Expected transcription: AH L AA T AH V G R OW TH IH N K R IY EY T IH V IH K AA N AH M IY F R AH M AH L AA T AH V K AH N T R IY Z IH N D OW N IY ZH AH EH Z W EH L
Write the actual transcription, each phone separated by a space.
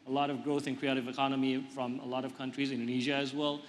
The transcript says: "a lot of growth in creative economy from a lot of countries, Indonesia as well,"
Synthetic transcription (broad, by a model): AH L AA T AH V G R OW TH IH N K R IY EY T IH V IH K AA N AH M IY F R AH M AH L AA T AH V K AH N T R IY Z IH N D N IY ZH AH Z W EH L